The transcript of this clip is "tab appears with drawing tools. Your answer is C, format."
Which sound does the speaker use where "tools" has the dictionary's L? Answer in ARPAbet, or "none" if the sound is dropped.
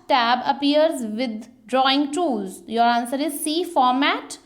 none